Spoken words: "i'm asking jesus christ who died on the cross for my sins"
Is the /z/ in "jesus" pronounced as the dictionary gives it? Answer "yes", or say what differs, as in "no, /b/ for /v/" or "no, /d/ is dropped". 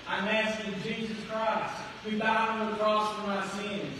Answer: yes